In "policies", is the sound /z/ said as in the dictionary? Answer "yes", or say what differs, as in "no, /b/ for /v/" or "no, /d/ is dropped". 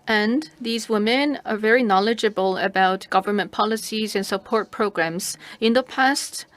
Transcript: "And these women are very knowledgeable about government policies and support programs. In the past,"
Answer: yes